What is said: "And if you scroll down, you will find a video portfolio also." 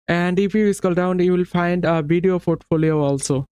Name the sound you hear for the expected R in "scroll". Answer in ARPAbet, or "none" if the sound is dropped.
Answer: none